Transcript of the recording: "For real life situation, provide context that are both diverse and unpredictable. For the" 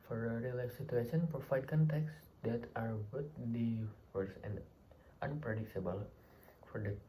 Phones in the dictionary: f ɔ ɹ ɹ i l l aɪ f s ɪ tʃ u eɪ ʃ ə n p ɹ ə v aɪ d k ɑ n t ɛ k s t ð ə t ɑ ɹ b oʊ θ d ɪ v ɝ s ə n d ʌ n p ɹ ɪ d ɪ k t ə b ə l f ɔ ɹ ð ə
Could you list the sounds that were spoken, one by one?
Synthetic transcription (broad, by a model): f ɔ ɹ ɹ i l l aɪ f s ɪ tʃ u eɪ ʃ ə n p ə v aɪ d k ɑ n t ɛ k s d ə t ɑ ɹ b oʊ t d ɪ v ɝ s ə n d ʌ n p ɹ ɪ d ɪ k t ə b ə l f ɔ ɹ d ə